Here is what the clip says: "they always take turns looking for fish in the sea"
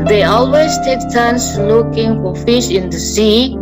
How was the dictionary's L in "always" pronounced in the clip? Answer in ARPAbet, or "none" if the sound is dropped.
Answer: L